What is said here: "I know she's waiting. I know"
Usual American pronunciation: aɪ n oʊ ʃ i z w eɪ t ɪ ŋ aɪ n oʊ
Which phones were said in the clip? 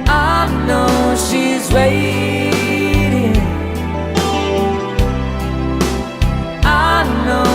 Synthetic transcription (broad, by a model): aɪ n oʊ ʃ i z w eɪ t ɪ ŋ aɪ n oʊ